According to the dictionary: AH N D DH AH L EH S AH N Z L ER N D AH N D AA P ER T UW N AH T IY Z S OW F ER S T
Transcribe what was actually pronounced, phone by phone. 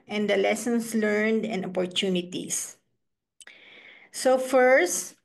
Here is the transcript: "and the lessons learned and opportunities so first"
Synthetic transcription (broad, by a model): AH N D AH L EH S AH N S L ER N D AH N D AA P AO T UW N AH T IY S S OW F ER S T